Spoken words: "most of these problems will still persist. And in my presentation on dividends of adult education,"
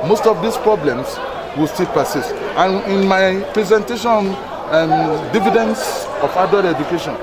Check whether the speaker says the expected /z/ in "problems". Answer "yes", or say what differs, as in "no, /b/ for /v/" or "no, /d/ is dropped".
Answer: no, /s/ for /z/